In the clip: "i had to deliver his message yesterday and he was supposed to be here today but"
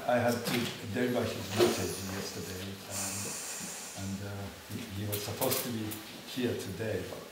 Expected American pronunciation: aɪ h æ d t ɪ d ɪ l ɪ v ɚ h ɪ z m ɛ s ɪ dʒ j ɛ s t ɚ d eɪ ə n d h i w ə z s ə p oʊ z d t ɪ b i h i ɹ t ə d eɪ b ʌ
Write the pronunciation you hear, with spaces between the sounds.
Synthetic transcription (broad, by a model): aɪ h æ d t ɪ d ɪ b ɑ ɪ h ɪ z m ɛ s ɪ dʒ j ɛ s t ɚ d eɪ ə n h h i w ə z s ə p oʊ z t ɪ b i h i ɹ t ə d eɪ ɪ